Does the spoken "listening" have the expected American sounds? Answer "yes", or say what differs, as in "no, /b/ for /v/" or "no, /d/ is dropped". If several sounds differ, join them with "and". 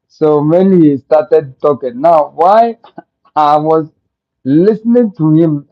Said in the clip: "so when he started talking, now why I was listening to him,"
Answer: yes